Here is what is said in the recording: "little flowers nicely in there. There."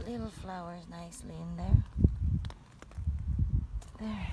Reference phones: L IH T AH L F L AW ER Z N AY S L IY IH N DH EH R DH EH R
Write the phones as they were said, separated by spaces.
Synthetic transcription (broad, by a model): L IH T L F L AW ER Z N AY S L IY IH N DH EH R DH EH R